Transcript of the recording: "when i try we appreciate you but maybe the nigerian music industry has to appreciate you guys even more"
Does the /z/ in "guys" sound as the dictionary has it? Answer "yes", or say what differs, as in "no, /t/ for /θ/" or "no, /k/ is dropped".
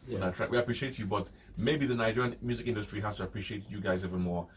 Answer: yes